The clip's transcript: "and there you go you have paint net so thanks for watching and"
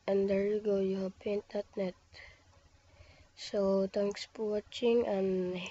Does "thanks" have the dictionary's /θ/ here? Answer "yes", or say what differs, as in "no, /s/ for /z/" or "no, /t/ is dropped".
no, /t/ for /θ/